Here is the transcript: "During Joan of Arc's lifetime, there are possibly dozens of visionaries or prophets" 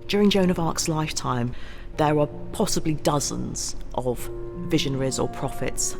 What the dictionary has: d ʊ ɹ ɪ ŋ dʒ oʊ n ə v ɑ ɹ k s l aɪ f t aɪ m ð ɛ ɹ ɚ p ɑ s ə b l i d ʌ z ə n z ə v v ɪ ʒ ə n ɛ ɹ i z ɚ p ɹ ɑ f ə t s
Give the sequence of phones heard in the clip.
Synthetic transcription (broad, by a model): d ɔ ɹ ɪ ŋ dʒ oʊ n ə v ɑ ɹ k s l aɪ f t aɪ m ð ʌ ɹ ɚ p ɑ s ə b l i d ʌ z ə n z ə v v ɪ ʒ ə n ɛ ɹ i z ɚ p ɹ ɑ f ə t s